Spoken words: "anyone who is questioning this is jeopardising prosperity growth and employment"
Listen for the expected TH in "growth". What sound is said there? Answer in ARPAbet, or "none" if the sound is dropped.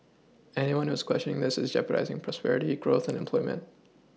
TH